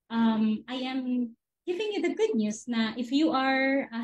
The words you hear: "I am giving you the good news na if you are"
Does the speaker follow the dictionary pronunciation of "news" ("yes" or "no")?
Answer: no